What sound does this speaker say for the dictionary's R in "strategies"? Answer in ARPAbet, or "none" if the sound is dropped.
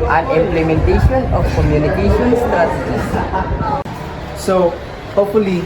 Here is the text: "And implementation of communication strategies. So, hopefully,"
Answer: none